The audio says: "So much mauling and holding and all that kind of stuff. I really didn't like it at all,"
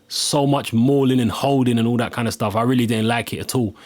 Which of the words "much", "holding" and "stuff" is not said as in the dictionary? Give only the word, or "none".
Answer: none